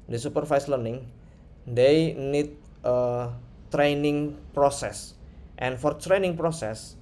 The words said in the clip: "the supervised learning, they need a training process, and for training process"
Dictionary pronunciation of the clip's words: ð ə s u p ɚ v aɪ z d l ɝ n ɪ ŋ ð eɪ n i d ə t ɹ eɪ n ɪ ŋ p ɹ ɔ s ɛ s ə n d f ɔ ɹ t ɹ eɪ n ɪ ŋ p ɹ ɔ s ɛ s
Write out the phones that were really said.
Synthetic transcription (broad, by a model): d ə s u p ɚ f aɪ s l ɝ n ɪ ŋ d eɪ n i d ə t ɹ eɪ n ɪ ŋ p ɹ ɔ s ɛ s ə n f ɔ ɹ t ɹ eɪ n ɪ ŋ p ɹ ɔ s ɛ s